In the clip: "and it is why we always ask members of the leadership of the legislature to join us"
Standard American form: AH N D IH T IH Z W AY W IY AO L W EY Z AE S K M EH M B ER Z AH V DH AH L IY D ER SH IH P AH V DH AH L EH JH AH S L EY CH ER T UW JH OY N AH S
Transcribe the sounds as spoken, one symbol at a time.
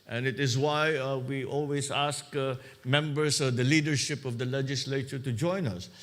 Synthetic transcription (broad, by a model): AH N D IH T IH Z W AY W IY AO L W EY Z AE S K M EH M B ER S AH V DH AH L IY D ER SH IH P AH V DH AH L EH JH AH S L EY CH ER T UW JH OY N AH S